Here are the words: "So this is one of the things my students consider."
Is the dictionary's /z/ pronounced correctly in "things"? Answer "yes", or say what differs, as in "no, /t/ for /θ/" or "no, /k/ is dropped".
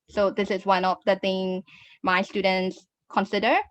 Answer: no, /z/ is dropped